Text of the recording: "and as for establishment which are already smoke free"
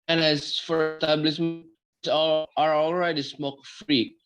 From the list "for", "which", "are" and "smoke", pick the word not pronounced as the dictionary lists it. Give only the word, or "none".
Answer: which